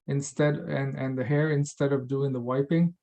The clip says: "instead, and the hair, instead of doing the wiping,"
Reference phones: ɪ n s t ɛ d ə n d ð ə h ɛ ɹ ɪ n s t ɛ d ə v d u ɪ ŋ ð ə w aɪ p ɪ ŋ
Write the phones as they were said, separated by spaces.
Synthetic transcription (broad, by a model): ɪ n s t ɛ d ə n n ð ə h ɛ ɹ ɪ n s t ɛ d ə v d u ɪ ŋ ð ə w aɪ p ɪ ŋ